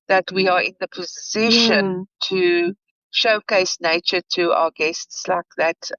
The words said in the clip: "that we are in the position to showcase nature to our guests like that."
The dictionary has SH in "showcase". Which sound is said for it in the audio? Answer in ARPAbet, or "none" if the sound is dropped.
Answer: SH